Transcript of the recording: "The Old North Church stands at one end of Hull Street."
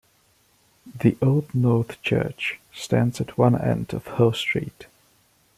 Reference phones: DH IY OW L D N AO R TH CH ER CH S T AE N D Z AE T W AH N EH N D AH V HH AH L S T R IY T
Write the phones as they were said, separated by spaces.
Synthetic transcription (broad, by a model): DH IY OW L D N AO R TH CH ER CH S T AE N D Z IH T W AH N EH N D AH V HH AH L S T R IY T